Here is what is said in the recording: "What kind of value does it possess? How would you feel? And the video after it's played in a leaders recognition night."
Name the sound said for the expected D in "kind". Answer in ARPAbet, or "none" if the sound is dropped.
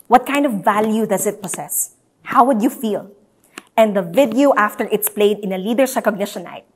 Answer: D